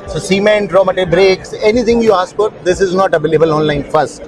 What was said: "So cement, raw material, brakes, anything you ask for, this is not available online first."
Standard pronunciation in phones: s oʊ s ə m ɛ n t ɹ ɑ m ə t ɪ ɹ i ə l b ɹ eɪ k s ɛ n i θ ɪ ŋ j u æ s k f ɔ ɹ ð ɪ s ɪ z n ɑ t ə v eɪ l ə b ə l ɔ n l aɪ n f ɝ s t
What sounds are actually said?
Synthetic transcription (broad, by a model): s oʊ s ə m ɛ n t ɹ ɑ m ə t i b ɹ eɪ k s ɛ n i t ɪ ŋ j u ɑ s k f ɔ ɹ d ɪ s ɪ z n ɑ t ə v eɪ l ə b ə l ɔ n l aɪ n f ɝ s t